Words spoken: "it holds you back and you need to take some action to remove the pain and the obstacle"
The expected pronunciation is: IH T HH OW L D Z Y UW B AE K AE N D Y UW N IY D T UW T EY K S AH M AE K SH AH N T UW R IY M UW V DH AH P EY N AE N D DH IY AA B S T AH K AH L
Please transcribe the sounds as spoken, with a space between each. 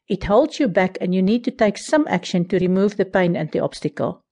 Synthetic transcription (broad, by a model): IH T HH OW L D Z Y UW B AE K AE N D Y UW N IY D T UW T EY K S AH M AE K SH AH N T UW R IY M UW V DH AH P EY N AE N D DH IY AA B S T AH K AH L